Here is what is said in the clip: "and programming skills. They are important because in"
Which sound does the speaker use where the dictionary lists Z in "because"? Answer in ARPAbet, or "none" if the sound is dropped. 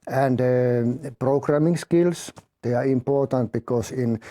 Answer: S